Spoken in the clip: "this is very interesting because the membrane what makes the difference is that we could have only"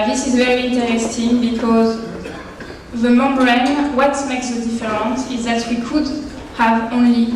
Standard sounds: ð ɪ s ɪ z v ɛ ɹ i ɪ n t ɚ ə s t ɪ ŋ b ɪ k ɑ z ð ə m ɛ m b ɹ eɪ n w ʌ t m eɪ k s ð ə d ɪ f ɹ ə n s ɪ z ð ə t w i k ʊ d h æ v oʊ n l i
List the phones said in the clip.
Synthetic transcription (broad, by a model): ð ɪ s ɪ z v ɛ ɹ i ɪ n t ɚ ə s t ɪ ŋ b ɪ k ɑ z ð ə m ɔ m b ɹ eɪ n w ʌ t m eɪ k s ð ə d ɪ f ɹ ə n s ɪ z ð ə t w i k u d h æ v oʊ n l i